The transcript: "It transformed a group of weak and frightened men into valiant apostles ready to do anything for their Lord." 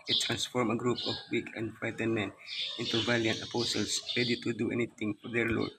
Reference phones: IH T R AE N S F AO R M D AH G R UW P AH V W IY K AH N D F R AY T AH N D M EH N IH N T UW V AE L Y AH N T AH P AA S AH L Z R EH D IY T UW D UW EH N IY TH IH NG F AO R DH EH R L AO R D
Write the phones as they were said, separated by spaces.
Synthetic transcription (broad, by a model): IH T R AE N S F AO R M AH G R UW P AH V W IY K AH N D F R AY T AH N M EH N IH N T UW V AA L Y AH N T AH P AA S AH L S R EH D IY T UW D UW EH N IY T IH NG F AO R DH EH R L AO R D